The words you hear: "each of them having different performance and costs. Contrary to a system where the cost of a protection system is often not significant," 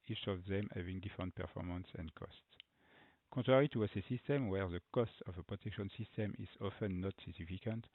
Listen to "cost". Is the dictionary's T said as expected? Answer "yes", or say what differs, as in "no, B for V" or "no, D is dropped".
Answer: yes